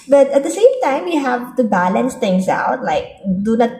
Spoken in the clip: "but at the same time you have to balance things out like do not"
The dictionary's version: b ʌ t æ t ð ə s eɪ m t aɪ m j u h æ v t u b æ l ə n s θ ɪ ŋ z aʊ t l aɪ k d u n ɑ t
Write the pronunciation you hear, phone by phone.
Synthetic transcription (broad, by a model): b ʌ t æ t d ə s eɪ m t aɪ m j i h æ v t u b æ l ə n s t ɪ ŋ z aʊ t l aɪ k d u n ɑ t